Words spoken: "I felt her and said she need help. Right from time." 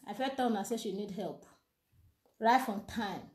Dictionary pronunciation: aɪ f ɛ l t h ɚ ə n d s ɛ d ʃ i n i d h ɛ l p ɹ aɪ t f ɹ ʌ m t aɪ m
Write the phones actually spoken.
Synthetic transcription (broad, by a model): aɪ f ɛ t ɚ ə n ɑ s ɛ ʃ i n i d h ɛ l p ɹ aɪ t f ɹ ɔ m t aɪ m